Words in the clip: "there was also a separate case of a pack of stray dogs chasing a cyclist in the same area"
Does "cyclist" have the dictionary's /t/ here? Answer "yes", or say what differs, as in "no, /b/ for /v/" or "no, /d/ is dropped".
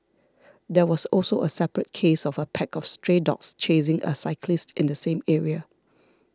yes